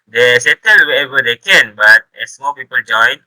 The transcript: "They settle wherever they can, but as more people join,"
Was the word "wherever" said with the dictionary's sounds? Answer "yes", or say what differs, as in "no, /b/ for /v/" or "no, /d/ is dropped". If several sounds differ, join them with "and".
no, /ɹ/ is dropped